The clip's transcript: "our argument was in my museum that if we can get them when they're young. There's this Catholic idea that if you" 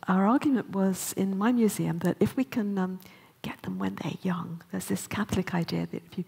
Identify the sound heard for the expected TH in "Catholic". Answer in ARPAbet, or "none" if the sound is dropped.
TH